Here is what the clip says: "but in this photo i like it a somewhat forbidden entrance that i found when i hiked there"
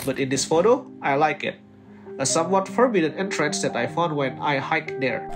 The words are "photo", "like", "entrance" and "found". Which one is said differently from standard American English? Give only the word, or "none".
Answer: none